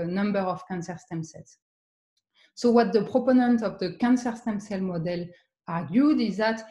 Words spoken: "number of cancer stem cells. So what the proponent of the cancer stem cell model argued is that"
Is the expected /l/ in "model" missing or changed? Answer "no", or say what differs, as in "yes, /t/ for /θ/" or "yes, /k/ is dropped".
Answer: no